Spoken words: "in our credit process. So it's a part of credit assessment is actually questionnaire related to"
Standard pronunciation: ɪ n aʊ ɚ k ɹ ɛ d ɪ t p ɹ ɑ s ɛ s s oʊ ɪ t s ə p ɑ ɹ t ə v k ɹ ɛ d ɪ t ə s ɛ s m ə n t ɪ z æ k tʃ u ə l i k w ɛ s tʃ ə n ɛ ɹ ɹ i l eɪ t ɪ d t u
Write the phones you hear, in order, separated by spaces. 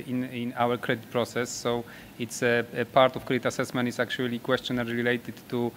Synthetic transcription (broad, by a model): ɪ n aʊ ɚ k ɹ ɛ d ɪ t p ɹ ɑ s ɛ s s oʊ ɪ t s ə p ɑ ɹ t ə f k ɹ ɛ d ɪ t ə s ɛ s m ə n t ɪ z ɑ k tʃ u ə l i k w ɛ s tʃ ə n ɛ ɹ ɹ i l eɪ t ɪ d t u